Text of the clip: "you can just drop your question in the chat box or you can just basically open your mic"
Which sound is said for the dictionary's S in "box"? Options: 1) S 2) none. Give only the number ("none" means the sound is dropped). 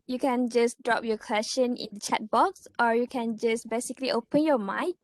1